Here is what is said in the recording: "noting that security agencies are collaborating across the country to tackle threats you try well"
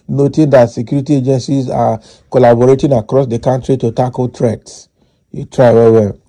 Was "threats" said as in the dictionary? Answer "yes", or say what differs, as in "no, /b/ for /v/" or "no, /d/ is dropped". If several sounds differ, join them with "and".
no, /t/ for /θ/